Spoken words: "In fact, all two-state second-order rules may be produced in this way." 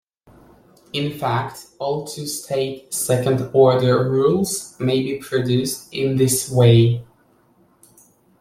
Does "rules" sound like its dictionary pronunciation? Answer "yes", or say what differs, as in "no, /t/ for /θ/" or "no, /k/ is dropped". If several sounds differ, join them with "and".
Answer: yes